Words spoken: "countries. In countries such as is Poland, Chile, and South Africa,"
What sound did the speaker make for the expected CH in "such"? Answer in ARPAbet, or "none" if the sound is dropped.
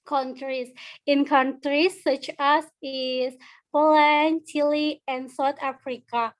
CH